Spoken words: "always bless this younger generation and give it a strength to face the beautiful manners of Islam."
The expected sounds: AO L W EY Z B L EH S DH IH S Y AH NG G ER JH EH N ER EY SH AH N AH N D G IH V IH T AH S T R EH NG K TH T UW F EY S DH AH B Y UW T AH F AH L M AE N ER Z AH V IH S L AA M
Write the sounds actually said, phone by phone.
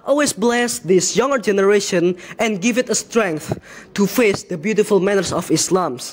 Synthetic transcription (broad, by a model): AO L W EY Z B L EH S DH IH S Y AH NG G ER JH EH N ER EY SH AH N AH N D G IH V IH T AH S T R EH NG K TH T UW F EY S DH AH B Y UW T AH F AH L M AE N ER S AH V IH S L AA M